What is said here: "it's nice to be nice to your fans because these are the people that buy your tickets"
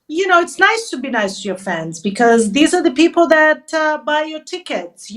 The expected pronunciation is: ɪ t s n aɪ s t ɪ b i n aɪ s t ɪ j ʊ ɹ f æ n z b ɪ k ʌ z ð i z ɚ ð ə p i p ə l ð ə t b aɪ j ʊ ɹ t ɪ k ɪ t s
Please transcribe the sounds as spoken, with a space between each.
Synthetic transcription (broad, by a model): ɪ t s n aɪ s t ɪ b i n aɪ s t ɪ j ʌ ɹ f æ n z b ɪ k ʌ z ð i z ɚ ð ə p i p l ð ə t b aɪ j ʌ ɹ t ɪ k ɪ t s